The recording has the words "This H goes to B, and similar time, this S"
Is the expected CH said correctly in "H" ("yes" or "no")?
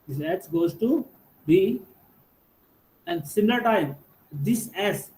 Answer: no